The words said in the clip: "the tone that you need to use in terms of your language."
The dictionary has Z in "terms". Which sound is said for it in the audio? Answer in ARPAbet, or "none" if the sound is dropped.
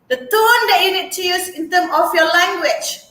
none